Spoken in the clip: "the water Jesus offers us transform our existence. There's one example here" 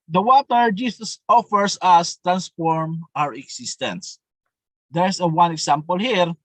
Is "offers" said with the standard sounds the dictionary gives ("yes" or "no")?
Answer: no